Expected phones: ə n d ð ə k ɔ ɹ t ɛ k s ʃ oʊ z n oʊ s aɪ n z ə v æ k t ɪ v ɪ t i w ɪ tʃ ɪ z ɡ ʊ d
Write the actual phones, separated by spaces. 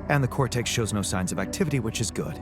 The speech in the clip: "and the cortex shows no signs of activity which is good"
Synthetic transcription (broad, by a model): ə n ð ə k ɔ ɹ t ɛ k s ʃ oʊ z n oʊ s aɪ n z ə v æ k t ɪ v ɪ t i w ɪ tʃ ɪ z ɡ ʊ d